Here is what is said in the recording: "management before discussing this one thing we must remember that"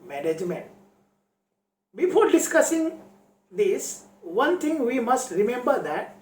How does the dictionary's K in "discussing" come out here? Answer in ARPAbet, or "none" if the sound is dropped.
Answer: K